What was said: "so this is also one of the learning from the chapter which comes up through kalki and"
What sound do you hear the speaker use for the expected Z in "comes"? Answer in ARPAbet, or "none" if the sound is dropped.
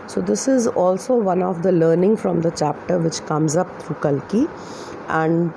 Z